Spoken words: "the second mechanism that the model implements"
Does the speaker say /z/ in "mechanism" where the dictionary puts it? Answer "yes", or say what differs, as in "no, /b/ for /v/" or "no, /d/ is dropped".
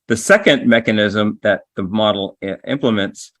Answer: yes